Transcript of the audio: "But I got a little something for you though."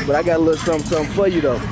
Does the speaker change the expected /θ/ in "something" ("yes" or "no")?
yes